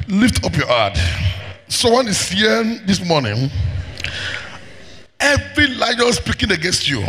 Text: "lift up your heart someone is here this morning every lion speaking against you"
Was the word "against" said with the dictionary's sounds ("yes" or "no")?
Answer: yes